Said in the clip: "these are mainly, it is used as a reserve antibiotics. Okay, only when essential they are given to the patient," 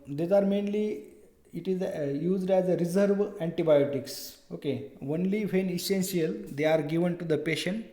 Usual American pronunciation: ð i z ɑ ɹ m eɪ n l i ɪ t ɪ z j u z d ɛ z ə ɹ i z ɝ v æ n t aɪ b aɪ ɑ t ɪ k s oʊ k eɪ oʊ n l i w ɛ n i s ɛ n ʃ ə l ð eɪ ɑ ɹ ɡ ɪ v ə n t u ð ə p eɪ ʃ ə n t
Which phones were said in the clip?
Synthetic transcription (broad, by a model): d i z ɑ ɹ m eɪ n l i ɪ t ɪ z j u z d ɛ z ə ɹ i z ɝ v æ n t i b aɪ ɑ t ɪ k s oʊ k eɪ oʊ n l i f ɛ n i s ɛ n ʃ ə l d eɪ ɑ ɹ ɡ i v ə n t u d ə p eɪ ʃ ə n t